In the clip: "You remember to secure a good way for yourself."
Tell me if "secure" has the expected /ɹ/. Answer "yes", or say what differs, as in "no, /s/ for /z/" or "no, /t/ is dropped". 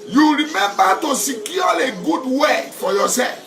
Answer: no, /l/ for /ɹ/